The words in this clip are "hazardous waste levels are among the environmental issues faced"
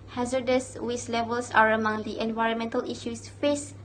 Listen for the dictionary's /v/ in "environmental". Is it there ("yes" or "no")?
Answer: yes